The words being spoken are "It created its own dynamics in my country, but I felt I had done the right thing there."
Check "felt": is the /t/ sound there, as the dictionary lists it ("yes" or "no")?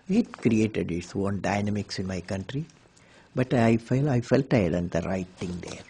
no